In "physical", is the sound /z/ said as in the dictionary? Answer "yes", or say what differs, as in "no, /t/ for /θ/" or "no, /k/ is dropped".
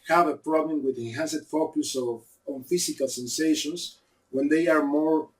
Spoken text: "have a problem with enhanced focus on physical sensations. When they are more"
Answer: no, /s/ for /z/